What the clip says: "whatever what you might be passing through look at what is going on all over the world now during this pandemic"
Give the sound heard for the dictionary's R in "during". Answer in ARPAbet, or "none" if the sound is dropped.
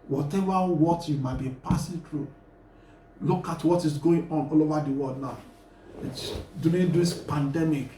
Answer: none